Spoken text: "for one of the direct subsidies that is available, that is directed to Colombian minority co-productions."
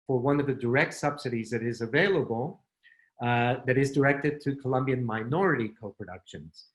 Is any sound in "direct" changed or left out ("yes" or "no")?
no